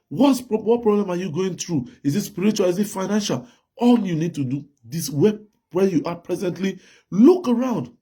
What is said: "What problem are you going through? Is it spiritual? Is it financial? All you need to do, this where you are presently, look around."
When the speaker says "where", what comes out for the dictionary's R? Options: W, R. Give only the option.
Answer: W